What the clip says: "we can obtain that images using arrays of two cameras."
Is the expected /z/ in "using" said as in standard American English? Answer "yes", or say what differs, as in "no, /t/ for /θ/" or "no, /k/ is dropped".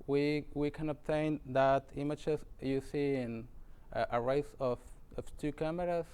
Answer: no, /s/ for /z/